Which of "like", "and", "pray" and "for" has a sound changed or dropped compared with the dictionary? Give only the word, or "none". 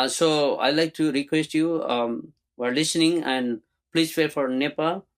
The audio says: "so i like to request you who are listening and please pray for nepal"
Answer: pray